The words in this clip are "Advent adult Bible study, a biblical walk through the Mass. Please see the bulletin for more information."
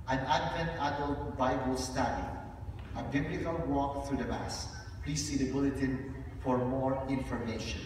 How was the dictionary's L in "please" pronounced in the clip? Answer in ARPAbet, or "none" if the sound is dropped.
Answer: L